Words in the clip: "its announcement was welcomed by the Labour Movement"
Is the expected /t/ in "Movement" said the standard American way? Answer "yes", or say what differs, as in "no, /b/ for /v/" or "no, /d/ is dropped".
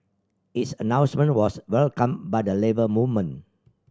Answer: no, /t/ is dropped